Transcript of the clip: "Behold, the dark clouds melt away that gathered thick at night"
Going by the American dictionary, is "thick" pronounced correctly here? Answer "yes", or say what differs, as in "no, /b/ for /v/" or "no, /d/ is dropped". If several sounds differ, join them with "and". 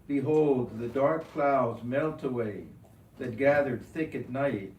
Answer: yes